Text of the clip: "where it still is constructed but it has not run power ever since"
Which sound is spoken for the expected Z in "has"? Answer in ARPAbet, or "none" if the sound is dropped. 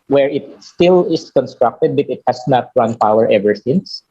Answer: S